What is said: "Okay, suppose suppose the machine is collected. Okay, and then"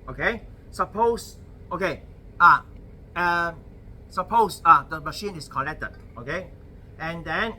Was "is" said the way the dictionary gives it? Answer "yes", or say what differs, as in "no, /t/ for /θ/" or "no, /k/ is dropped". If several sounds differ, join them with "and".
no, /s/ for /z/